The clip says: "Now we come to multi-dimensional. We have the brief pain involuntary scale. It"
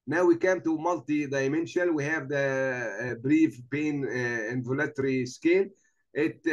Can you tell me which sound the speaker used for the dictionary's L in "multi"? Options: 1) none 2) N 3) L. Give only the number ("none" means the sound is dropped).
3